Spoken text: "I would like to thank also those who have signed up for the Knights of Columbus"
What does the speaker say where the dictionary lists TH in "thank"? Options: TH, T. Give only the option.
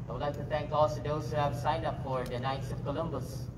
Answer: T